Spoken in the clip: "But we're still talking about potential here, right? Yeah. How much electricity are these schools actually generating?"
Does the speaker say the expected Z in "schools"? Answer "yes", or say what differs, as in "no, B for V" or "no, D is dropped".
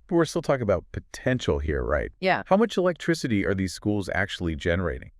yes